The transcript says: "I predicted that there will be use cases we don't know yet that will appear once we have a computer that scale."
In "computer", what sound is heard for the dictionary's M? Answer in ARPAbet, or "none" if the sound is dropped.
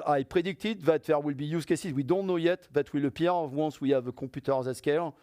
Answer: none